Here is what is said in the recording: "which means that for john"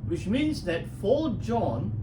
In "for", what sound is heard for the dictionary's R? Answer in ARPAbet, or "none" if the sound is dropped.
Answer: L